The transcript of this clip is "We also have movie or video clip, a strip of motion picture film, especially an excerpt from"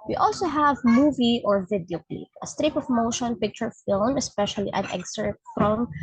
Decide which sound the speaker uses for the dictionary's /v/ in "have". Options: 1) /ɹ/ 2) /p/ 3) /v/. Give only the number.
3